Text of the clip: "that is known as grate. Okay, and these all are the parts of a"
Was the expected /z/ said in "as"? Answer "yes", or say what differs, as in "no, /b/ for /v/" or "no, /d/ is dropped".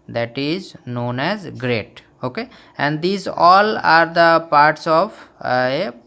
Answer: yes